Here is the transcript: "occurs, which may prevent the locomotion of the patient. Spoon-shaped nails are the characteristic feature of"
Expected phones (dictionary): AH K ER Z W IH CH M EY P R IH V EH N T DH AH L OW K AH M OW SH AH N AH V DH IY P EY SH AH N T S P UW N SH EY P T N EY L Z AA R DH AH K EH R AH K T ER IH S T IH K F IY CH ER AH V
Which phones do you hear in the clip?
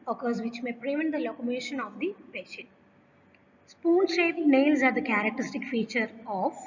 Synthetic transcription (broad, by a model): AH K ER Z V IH CH M EY P R IH V EH N T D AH L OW K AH M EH SH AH N AH V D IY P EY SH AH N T S P UW N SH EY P N EY L Z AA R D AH K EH R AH K T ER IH S T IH K F IY CH ER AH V